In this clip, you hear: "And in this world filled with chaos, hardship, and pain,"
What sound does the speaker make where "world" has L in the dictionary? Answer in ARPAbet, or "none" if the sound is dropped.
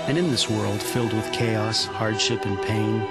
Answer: L